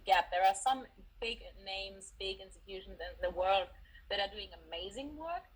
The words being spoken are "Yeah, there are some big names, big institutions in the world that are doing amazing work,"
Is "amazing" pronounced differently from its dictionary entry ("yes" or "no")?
no